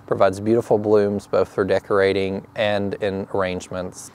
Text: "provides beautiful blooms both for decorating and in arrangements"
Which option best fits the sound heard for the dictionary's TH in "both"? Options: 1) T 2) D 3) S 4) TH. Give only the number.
4